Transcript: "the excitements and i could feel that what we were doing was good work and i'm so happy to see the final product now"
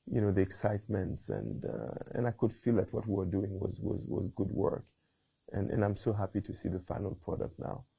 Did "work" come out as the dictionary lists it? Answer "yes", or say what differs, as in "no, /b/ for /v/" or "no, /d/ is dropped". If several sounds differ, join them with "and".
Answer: yes